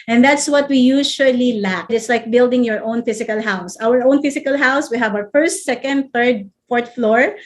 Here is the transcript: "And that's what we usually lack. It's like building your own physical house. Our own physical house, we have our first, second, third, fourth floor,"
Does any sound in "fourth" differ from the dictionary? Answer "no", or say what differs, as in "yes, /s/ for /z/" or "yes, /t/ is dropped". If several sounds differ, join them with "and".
yes, /t/ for /θ/